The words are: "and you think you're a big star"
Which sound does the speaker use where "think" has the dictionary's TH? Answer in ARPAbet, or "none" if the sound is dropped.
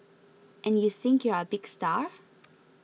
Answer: TH